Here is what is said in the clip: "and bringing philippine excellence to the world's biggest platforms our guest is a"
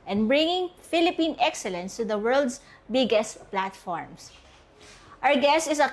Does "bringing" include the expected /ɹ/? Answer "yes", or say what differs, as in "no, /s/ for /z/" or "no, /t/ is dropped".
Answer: yes